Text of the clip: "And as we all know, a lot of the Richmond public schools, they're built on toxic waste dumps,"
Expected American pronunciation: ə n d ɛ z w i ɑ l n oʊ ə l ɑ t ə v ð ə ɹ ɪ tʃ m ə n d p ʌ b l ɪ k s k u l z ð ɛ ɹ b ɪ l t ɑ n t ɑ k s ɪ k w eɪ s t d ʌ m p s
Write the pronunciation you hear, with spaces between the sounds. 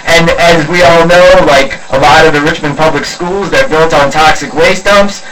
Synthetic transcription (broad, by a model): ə n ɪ z w i ɑ l n oʊ ə l ɑ t ə v ð ə ɹ ɪ tʃ m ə n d p ʌ b l ɪ k s k u l z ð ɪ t b ɪ l t n t ɑ k s ɪ k w eɪ s t ʌ m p s